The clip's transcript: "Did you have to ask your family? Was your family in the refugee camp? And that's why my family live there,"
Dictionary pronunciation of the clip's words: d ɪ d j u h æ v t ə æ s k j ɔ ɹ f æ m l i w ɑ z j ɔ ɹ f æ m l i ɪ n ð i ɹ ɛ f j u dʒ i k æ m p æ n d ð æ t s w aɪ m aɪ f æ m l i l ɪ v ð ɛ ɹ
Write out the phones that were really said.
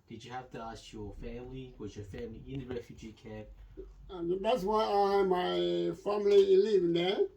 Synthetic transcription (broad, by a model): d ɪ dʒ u h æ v t ə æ s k j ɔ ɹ f æ m l i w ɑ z j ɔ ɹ f æ m l i ɪ n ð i ɹ ɛ f j u dʒ i k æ p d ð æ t s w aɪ m aɪ f æ m l i l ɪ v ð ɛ